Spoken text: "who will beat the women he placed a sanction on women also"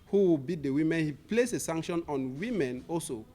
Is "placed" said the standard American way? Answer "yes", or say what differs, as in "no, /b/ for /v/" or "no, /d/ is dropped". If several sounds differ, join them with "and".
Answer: no, /t/ is dropped